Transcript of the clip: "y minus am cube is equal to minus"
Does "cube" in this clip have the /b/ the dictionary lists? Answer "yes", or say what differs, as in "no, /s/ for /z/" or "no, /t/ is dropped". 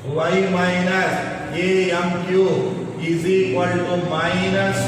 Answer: no, /b/ is dropped